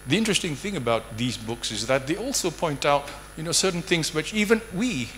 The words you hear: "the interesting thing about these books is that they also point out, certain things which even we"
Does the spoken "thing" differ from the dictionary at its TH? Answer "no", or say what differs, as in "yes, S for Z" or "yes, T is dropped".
no